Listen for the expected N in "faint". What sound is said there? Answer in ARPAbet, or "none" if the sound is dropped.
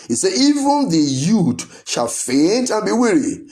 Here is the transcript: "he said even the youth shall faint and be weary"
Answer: N